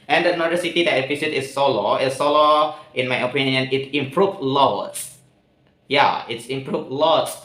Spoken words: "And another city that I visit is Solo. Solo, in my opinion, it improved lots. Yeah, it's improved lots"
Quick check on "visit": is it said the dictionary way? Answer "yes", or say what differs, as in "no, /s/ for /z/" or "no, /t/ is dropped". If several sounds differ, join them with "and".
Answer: no, /p/ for /v/ and /s/ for /z/